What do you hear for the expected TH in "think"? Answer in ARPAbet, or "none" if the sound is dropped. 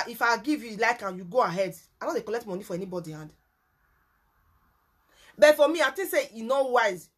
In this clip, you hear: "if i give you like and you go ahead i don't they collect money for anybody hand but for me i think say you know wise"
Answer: T